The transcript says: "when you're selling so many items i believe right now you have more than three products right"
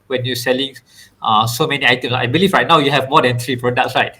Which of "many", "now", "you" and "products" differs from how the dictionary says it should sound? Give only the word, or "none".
products